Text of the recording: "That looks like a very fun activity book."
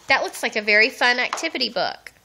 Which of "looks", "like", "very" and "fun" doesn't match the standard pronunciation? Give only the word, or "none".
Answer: looks